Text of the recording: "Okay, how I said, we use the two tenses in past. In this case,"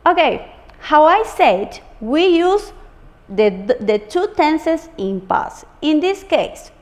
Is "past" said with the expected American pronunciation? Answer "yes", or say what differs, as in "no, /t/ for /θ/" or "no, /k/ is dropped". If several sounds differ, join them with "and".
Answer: no, /t/ is dropped